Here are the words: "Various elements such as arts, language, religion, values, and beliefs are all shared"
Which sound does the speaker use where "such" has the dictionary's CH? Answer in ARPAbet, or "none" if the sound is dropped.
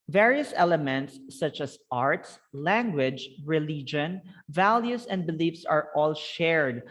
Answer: CH